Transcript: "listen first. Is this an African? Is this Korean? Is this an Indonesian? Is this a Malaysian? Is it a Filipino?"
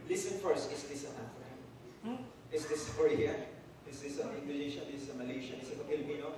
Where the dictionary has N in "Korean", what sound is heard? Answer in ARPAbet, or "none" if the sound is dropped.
none